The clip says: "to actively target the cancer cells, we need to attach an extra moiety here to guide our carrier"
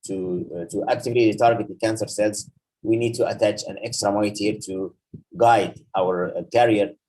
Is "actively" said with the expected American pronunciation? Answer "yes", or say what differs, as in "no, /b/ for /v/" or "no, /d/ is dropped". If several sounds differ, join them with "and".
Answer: no, /l/ is dropped